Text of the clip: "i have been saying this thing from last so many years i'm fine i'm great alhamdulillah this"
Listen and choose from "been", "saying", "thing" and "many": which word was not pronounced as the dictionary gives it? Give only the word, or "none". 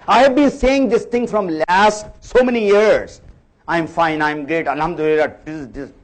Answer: thing